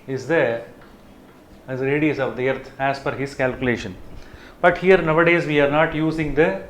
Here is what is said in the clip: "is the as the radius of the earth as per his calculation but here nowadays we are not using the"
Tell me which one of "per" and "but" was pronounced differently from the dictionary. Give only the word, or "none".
per